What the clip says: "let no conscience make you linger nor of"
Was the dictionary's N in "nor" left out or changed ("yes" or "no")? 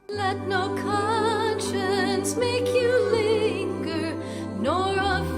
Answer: no